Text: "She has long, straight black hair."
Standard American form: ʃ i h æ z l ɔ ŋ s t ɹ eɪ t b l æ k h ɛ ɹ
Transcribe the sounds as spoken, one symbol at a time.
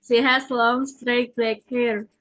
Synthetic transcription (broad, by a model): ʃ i h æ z l ɔ ŋ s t ɹ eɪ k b æ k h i ɹ